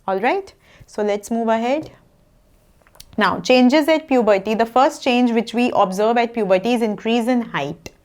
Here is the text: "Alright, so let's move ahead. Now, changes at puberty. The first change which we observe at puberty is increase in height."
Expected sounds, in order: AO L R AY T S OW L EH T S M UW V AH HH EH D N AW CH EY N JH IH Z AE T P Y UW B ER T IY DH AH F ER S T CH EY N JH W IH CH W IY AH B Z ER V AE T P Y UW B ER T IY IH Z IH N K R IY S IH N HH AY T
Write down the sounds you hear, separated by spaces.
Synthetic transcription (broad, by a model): AO L R AY T S OW L EH T S M UW V AH HH EH D N AW CH EY N JH IH Z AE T P Y UW B ER T IY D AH F ER S T CH EY N JH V IH CH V IY AH B Z ER V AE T P Y UW B ER T IY IH Z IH N K R IY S IH N HH AY T